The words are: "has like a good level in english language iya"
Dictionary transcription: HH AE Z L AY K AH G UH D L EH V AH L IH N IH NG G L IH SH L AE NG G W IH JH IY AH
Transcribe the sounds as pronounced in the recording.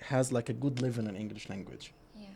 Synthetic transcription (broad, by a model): HH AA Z L AY K AH G UH D L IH V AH N IH N IH NG G L IH SH L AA NG G W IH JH